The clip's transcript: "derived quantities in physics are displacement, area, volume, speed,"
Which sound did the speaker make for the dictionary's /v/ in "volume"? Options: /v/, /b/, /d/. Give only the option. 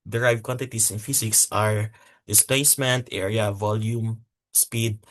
/v/